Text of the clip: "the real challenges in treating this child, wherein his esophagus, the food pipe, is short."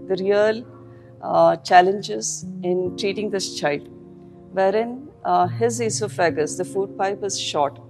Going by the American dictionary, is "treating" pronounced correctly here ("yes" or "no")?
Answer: yes